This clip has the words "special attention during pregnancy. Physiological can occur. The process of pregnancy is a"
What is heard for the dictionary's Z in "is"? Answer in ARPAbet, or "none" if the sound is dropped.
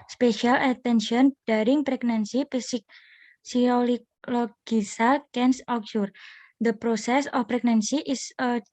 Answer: S